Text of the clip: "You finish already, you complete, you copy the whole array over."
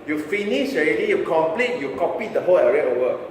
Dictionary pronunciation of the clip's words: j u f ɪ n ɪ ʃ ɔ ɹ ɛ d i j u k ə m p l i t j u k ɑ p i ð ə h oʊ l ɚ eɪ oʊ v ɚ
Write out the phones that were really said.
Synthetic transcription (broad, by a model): j u f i n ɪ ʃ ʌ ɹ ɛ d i j u k ə m p l i t j u k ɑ p i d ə h oʊ l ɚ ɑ oʊ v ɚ